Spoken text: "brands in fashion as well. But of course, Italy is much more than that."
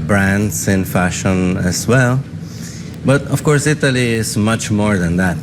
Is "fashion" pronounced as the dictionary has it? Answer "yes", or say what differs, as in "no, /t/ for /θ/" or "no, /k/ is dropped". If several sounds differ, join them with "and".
yes